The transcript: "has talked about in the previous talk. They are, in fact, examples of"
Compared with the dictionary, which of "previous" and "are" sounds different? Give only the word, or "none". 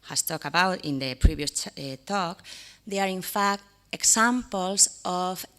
previous